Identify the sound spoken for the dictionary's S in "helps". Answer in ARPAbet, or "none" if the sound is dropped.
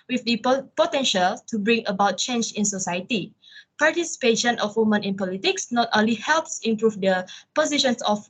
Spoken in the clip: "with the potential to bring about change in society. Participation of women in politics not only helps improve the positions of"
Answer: S